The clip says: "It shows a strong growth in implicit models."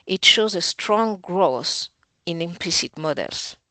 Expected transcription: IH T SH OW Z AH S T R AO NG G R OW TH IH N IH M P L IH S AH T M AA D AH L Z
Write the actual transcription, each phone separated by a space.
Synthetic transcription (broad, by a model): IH T SH OW Z AH S T R AO NG G R OW S IH N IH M P L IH S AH T M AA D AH L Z